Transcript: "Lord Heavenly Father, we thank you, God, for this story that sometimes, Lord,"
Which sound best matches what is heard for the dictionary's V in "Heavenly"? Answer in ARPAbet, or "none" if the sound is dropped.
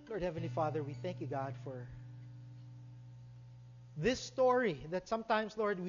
V